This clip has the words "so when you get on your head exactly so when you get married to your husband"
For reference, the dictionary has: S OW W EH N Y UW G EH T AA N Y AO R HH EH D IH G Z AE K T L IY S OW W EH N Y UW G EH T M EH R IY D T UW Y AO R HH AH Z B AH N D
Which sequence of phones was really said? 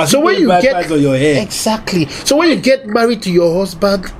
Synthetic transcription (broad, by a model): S OW W EH N Y UW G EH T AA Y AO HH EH IH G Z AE K T L IY S OW W EH N Y UW G EH T M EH R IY D T UW Y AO HH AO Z B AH N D